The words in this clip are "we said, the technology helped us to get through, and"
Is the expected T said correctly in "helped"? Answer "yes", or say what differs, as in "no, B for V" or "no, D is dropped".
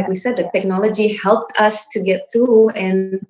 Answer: yes